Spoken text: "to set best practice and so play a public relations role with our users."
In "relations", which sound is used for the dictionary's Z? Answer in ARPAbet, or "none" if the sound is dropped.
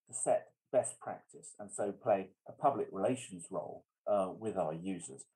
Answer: Z